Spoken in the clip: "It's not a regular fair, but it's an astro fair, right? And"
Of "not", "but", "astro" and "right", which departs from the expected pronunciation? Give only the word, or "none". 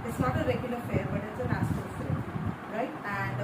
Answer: astro